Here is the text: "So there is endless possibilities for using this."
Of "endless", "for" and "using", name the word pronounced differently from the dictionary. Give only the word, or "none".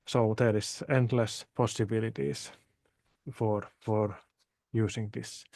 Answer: using